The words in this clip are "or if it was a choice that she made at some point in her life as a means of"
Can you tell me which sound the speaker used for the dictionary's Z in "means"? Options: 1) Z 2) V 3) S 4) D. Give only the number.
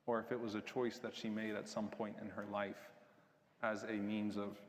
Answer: 1